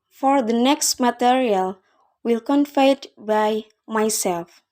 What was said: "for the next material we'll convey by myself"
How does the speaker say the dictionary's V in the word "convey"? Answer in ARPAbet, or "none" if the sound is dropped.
F